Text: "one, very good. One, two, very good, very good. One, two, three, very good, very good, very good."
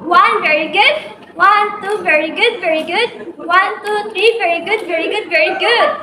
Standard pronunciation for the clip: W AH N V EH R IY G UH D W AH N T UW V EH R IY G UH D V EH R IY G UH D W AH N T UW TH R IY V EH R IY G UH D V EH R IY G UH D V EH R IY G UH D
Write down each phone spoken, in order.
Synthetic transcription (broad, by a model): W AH N V EH R IY G UH D W AH N T UW V EH R IY G UH D V EH R IY G UH D W AH N T UW T R IY V EH R IY G UH D V EH R IY G UH D V EH R IY G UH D